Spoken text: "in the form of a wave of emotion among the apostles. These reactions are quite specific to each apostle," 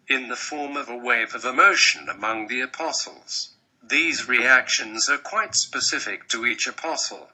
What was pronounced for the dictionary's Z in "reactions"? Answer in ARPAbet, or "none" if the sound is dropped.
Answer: Z